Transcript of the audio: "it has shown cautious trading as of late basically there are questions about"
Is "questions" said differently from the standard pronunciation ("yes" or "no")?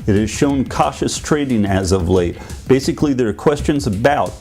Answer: no